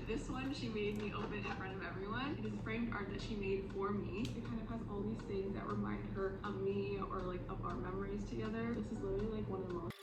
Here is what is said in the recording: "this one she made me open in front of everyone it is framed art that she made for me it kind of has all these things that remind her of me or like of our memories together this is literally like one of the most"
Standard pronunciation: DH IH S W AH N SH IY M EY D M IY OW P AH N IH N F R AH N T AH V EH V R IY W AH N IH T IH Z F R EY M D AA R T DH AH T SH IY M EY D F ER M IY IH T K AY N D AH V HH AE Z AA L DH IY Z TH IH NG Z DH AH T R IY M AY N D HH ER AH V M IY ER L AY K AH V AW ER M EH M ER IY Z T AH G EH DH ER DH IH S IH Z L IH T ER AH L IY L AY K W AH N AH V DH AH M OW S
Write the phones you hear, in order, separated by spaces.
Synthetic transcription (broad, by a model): DH IH S W AH N SH IY M EY D M IY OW B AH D IH N F R AH N T AH V EH V R IY W AH N IH T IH Z F R EY M D AA R T DH AH T SH IY M EY D F ER M IY IH T K AY N D AH V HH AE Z AA L DH IY Z TH IH NG Z DH AH T R IY M AY N D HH ER AH V M IY ER L AY K AH V AW ER M EH M ER IY Z T AH G EH DH ER DH IH S IH Z L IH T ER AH L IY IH K W AH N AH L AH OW